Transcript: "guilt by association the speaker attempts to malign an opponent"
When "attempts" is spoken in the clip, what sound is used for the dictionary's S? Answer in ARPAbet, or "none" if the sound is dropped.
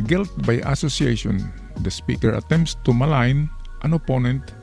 S